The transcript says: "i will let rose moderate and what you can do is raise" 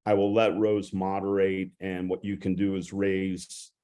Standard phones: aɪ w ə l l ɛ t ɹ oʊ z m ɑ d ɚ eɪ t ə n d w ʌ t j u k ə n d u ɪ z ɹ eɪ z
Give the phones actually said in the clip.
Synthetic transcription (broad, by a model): aɪ w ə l l ɛ t ɹ oʊ z m ɑ d ɚ eɪ t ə n w ʌ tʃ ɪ k ə n d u ɪ z ɹ eɪ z